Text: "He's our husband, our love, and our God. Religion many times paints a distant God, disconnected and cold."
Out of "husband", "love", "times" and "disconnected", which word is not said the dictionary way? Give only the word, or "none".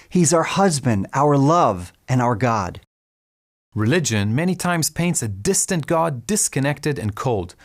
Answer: none